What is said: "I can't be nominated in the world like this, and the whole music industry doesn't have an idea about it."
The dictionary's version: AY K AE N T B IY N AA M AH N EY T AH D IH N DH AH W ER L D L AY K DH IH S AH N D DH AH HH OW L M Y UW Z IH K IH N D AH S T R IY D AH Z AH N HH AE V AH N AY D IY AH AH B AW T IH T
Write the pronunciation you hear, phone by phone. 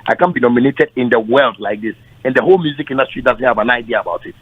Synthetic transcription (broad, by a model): AY K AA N B IY N AA M AH N EY T AH D IH N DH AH W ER L D L AY K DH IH S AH N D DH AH HH OW L M Y UW Z IH K IH N D AH S T R IY D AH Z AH N HH AE V AH N AY D IY AH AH B AW T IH T